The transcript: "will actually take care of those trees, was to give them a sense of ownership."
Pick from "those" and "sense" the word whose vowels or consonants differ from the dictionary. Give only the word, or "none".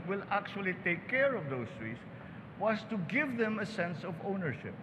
those